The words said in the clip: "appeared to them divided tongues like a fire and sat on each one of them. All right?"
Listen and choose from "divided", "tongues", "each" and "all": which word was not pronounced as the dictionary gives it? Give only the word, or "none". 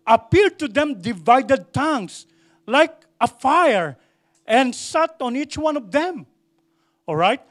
tongues